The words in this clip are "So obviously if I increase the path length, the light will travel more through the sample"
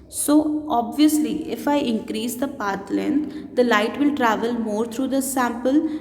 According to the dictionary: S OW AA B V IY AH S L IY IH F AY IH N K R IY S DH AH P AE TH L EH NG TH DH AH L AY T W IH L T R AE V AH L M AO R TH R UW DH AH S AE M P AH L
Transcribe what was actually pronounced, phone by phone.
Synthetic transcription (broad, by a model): S OW AA B V IY AH S L IY IH F AY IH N K R IY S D AH P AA T L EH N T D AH L AY T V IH L T R AE V AH L M AO R T R UW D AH S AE M P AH L